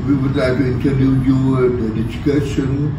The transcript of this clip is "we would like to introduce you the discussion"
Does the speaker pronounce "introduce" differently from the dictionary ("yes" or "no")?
yes